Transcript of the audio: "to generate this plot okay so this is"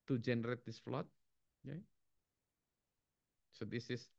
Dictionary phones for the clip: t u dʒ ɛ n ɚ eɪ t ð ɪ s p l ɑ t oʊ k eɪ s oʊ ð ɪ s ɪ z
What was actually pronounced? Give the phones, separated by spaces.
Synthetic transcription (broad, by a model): t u dʒ ɛ n ɚ eɪ t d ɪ s f l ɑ t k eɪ s oʊ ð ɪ s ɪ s